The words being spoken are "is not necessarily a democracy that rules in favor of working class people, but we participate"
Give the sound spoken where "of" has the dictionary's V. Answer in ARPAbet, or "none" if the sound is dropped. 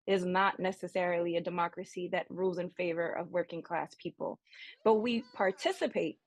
V